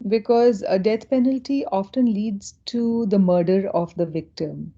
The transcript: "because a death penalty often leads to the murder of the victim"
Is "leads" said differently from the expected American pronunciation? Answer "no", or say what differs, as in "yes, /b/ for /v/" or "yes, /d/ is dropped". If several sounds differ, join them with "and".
no